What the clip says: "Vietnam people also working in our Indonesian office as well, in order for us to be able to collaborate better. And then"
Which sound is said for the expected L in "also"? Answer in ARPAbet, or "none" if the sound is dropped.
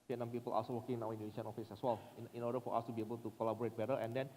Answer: none